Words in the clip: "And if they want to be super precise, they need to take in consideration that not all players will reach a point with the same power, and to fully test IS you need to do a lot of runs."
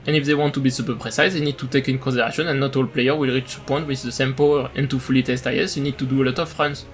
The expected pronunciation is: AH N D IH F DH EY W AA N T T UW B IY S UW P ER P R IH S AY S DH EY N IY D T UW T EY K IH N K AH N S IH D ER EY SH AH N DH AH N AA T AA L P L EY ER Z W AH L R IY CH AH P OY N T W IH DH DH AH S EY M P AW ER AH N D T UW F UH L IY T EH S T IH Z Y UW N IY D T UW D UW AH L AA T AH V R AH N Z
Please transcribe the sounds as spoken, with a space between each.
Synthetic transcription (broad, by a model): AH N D IH F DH EY W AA N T T UW B IY S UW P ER P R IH S AY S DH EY N IY D T UW T EY K IH N K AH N S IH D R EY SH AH N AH N AA T AA L P L EY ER W AH L R IY CH AH P OY N T W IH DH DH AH S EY M P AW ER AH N T UW F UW L IY T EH S T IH S Y UW N IY D T UW D UW AH L AA T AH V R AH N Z